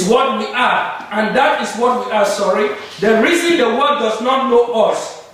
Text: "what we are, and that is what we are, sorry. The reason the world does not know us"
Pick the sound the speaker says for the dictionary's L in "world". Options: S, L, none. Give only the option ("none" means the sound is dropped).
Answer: none